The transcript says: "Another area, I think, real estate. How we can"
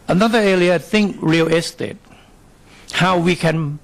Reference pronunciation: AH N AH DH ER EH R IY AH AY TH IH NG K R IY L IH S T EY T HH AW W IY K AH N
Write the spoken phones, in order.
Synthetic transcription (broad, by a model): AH N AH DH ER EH L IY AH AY TH IH NG K R IY L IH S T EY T HH AW W IY K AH N